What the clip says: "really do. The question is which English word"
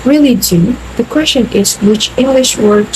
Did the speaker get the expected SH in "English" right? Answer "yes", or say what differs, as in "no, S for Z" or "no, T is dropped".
yes